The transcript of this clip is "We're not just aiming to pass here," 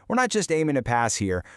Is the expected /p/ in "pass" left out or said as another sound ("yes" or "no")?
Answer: no